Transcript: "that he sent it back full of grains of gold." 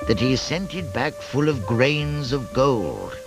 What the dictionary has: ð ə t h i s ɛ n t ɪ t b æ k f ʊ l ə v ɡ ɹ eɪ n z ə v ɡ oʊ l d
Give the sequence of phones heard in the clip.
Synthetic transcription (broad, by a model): ð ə t h i s ɛ n t ɪ t b æ k f ʊ l ə v ɡ ɹ eɪ n z ə v ɡ oʊ l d